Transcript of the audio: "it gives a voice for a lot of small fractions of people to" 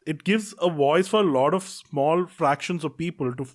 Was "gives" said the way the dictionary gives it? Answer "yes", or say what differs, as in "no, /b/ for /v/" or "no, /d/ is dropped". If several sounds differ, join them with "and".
yes